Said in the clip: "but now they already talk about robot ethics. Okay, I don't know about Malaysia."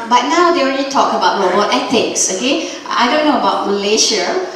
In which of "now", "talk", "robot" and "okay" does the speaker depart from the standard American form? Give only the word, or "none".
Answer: robot